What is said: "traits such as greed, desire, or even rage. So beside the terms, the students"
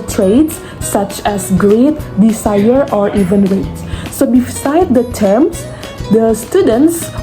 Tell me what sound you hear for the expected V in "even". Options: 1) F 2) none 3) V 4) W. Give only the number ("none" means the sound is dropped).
3